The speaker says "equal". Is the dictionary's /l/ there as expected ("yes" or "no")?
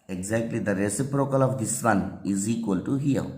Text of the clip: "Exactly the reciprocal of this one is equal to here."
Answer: yes